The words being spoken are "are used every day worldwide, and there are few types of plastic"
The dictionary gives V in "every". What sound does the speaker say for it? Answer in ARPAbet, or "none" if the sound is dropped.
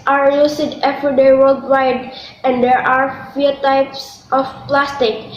F